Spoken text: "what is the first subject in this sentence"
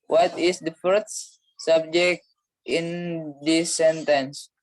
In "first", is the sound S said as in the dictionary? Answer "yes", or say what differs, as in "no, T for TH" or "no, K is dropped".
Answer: no, S is dropped